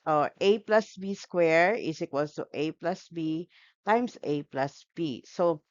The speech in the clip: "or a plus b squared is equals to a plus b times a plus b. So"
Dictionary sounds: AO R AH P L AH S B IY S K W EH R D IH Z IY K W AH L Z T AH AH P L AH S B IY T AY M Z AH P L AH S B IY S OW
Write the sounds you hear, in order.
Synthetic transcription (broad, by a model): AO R AH P L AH S B IY S K W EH R IH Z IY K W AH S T T AH AH P L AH S B IY T AY M S AH P L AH S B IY S OW